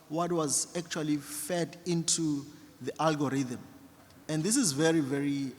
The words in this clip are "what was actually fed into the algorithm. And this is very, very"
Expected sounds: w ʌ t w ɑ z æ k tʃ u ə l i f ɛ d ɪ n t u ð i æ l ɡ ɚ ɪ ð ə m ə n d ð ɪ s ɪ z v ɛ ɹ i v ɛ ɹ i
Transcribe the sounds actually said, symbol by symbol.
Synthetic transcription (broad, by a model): w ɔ t w ɑ z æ k tʃ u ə l i f ɛ d ɪ n t u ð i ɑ l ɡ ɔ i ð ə m ə n d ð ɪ s ɪ z v ɛ ɹ i v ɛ ɹ i